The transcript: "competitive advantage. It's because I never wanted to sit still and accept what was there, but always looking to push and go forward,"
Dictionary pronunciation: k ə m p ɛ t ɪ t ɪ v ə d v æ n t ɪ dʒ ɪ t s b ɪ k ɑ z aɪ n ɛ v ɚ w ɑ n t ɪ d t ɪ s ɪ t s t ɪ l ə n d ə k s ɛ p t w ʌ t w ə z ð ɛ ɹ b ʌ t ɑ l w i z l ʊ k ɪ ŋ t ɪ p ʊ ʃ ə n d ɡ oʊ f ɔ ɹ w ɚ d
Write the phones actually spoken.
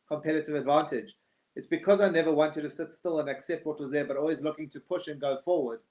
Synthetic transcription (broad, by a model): k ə m p ɛ t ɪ t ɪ v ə d v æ n t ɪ dʒ ɪ t s b ɪ k ɑ z aɪ n ɛ v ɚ w ɑ n t ɪ d t ɪ s ɪ t s t ɪ l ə n ə k s ɛ p t w ʌ t w ə z ð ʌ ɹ b ʌ t ɑ l w i z l ʊ k ɪ ŋ t ɪ p ʊ ʃ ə n ɡ oʊ f ɔ ɹ w ɚ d